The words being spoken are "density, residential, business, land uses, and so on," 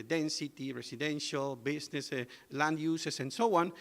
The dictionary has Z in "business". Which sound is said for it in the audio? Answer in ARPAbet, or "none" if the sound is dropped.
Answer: S